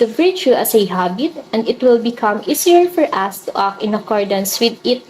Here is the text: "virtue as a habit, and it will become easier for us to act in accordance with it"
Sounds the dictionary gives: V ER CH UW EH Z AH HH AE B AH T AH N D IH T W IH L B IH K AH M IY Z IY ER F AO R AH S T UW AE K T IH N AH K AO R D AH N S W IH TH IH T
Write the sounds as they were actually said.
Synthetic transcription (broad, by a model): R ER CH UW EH S AH HH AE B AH T AH N D IH T W IH L B IH K AH M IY S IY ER F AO R AH S T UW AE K IH N AH K AO R D AH N S W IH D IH T